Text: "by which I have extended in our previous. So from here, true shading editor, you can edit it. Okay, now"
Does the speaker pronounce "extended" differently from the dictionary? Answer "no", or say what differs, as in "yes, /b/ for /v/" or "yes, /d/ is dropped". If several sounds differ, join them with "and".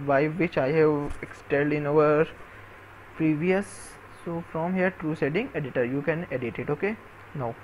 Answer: yes, /l/ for /n/